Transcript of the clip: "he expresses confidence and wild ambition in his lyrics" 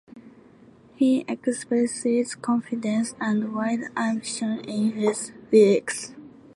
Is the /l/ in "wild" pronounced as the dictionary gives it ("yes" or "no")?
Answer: no